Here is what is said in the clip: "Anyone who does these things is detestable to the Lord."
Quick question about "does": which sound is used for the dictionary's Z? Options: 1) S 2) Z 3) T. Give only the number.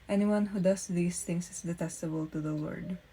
1